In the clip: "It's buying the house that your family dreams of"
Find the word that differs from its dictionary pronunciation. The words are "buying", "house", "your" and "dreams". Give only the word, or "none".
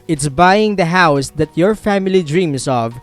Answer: dreams